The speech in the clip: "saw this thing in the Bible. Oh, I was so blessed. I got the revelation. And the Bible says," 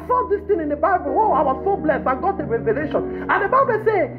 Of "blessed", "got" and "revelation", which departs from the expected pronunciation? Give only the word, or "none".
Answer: blessed